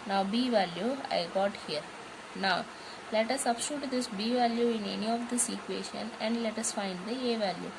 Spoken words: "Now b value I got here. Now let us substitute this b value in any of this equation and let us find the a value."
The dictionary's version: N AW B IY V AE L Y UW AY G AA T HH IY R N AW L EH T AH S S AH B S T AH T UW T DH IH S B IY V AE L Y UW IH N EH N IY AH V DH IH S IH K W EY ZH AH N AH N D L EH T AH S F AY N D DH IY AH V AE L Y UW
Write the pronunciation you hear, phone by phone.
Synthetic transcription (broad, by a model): N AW B IY V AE L Y UW AY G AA T HH IY R N AW L EH T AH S S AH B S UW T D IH S B IY V AE L Y UW IH N EH N IY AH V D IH S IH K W EY SH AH N AH N D L EH T AH S F AY N D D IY AH V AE L Y UW